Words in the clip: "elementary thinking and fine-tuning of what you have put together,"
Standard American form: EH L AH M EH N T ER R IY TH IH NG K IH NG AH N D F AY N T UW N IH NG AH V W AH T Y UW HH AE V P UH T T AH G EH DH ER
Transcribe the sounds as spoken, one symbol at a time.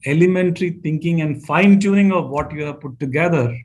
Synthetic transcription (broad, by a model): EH L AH M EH N T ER R IY T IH NG K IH NG AH N D F AY N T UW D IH NG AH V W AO T Y UW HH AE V P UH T T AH G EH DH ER